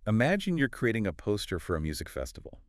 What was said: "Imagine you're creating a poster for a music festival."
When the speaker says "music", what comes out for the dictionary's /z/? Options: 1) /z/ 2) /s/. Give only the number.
1